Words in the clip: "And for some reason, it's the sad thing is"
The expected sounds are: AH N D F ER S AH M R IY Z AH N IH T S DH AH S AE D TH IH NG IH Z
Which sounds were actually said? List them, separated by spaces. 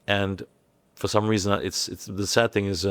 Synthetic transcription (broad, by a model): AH N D F ER S AH M R IY Z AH N IH T S DH AH S AE D TH IH NG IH Z